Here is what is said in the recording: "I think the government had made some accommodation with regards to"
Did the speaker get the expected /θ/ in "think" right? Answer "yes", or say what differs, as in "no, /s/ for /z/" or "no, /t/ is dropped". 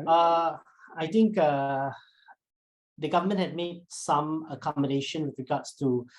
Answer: no, /t/ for /θ/